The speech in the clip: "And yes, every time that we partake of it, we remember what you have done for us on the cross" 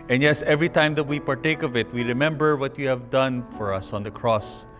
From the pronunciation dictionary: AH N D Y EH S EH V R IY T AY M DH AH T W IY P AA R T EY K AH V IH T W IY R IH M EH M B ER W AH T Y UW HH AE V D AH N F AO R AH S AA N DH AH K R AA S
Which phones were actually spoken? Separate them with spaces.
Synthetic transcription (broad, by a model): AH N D Y EH S EH V R IY T AY M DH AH T W IY P AA R T EY K AH V IH T W IY R IH M EH M B ER W AH T Y UW HH AE V D AH N F AO R AH S AA N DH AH K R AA S